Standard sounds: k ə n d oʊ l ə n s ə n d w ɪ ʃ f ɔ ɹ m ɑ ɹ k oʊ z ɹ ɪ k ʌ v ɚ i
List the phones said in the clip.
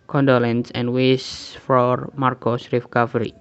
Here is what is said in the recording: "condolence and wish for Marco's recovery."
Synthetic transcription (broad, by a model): k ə n d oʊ l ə n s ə n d w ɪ s f ɔ ɹ m ɑ ɹ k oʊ s ɹ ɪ k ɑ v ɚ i